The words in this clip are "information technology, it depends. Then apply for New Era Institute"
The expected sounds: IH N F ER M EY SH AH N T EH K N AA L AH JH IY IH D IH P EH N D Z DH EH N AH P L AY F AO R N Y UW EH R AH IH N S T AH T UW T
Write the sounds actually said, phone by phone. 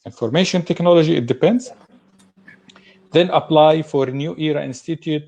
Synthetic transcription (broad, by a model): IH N F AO M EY SH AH N T EH K N AA L AH JH IY IH D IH P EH N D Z DH EH N AH P L AY F AO R N Y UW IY R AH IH N S T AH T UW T